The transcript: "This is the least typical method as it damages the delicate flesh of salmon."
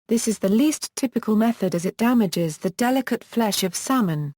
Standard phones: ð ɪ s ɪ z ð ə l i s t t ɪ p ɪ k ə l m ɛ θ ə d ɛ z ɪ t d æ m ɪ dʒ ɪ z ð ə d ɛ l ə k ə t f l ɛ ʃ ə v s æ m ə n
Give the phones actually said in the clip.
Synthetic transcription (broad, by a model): ð ɪ s ɪ z ð ə l i s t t ɪ p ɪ k ə l m ɛ θ ə d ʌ z ɪ t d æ m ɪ dʒ ɪ z ð ə d ɛ l ə k ə t f l ɛ ʃ ə v s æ m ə n